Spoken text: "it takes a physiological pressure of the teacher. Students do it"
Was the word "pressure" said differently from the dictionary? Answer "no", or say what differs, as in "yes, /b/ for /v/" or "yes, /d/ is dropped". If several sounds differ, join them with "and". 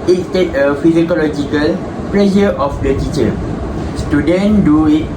yes, /l/ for /ɹ/